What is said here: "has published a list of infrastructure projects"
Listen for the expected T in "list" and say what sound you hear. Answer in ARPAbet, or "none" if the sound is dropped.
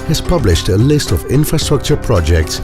T